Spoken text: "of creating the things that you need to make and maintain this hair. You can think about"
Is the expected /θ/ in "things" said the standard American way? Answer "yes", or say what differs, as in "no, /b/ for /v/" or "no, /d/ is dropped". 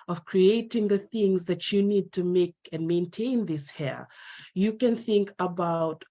yes